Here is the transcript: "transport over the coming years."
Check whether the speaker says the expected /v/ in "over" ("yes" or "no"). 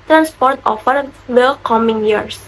no